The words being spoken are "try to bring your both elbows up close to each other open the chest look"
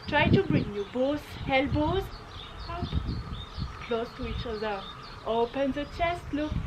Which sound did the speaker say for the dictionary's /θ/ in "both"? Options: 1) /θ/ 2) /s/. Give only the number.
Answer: 2